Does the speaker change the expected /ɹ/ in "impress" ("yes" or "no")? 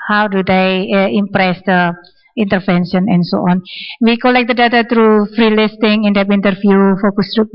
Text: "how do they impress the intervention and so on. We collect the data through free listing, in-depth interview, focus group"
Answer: no